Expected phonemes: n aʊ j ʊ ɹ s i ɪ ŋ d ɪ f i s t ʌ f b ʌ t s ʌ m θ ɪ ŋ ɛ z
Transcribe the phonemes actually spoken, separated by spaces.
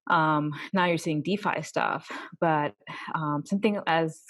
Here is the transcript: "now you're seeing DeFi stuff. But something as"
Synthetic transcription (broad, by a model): n aʊ j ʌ ɹ s i ɪ ŋ d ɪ f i s t ʌ f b ʌ t s ʌ m θ ɪ ŋ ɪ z